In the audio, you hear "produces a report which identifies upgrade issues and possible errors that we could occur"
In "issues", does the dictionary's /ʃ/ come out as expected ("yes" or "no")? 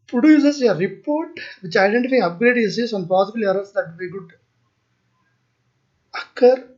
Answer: no